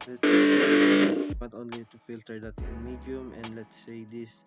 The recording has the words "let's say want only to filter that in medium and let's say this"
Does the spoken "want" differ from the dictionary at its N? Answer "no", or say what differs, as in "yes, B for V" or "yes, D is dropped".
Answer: yes, N is dropped